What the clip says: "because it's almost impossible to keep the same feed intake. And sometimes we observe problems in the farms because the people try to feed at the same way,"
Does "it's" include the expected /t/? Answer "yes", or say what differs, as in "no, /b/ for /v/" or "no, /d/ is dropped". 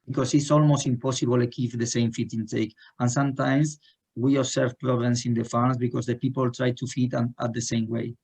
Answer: yes